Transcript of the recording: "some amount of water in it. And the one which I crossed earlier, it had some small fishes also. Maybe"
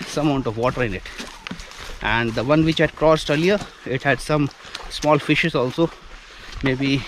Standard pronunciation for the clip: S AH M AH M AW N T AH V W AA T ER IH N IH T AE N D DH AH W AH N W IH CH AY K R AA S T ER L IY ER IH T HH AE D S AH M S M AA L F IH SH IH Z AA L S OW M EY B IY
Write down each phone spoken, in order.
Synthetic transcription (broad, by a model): S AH M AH UH N T AH V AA T ER IH N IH T AE N D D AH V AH N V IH CH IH K R AA S T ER L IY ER IH T HH AE D S AH M S M AA L F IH SH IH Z AA L S OW M EY B IY